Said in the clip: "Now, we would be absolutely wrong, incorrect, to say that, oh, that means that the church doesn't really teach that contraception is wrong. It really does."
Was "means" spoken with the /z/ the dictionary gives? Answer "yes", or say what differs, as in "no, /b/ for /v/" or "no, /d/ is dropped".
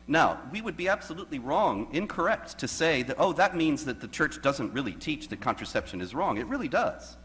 yes